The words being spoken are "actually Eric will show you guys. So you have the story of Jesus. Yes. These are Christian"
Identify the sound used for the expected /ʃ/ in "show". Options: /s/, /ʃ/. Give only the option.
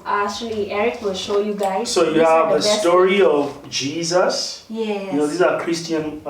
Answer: /ʃ/